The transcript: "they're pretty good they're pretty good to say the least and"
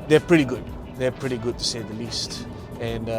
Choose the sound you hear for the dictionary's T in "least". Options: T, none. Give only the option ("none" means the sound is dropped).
T